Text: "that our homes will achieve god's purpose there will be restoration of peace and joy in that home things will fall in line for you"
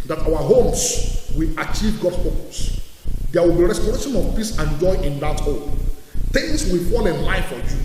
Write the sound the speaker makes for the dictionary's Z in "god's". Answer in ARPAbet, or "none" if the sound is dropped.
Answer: S